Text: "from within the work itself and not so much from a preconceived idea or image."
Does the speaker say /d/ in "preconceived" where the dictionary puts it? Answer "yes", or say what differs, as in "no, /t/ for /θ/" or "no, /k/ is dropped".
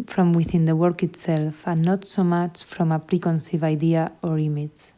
no, /d/ is dropped